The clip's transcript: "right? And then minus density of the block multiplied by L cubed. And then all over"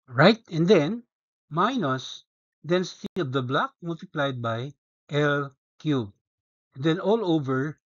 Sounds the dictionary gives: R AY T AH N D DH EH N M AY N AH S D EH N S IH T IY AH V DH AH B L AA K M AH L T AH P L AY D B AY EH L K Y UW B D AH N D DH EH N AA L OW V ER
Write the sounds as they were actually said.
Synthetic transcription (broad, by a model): R AY T AH N D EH N M AY N AH S D EH N S IH T IY AH V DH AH B L AA K M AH L T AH P L AY D B AY EH L K Y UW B AH N D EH N AA L OW V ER